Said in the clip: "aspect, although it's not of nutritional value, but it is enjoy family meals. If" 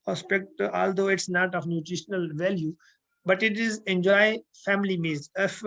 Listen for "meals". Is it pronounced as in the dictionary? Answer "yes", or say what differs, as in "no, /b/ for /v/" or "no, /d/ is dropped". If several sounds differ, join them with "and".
no, /l/ is dropped